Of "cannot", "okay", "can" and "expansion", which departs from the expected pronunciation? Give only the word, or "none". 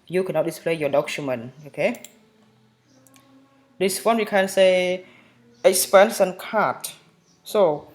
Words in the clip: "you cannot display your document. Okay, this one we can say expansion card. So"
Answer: expansion